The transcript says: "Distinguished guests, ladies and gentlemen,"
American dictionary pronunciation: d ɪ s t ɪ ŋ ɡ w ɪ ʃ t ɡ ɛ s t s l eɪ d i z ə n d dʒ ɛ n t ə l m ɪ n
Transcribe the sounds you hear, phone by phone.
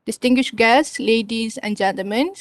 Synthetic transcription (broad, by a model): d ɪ s t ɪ ŋ ɡ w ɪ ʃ ɡ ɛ s s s l eɪ d i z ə n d dʒ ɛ n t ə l m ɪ n